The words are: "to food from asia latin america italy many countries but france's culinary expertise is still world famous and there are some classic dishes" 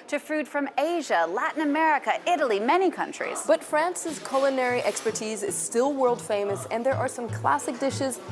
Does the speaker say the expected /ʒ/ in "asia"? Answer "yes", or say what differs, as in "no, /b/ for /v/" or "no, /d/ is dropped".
yes